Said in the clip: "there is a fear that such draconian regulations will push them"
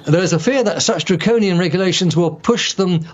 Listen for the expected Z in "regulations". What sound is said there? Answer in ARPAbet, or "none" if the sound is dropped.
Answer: Z